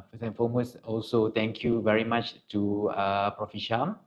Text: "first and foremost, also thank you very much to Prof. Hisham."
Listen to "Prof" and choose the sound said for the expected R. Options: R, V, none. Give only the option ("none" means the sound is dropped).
R